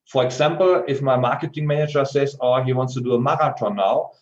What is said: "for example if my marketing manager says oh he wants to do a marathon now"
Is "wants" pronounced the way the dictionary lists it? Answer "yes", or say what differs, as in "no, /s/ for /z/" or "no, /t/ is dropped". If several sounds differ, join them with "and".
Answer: yes